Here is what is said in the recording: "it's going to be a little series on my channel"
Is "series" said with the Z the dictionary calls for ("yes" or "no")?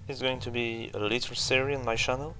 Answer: no